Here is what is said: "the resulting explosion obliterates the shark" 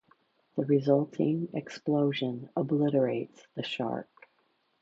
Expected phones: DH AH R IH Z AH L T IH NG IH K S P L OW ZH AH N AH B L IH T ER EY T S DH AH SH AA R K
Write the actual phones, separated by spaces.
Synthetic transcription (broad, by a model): DH AH R IH Z AH L T IH NG IH K S P L OW ZH AH N AH B L IH T ER EY T S DH AH SH AA R K